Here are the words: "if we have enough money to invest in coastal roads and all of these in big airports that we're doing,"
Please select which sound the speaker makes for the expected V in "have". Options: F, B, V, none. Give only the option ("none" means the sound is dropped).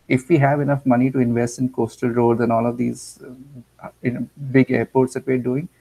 V